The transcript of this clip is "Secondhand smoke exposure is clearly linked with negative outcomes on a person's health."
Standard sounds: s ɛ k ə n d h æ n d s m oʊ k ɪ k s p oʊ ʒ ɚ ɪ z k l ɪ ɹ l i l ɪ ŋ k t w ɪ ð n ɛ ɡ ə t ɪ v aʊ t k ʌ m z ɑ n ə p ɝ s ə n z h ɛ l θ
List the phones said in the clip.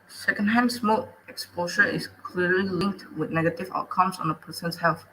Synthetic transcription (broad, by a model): s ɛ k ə n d h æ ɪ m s m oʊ ɪ k s p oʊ ʃ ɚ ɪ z k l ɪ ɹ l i l ɪ ŋ k t w ɪ ð n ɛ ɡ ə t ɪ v aʊ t k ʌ m s ɑ n ə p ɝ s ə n s h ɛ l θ